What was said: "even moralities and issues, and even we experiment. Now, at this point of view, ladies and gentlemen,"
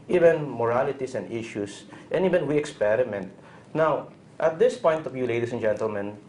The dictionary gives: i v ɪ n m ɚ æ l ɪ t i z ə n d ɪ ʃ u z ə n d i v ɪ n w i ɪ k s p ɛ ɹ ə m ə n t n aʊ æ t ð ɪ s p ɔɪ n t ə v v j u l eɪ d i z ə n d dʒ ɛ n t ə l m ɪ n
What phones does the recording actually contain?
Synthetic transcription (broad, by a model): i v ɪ n m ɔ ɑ l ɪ t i s ə n d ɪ ʃ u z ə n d i v ɪ n w i ɪ k s p ɛ ɹ ə m ə n t n aʊ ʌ t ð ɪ s p ɔɪ n t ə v v j u l eɪ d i s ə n dʒ ɛ n t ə l m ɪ n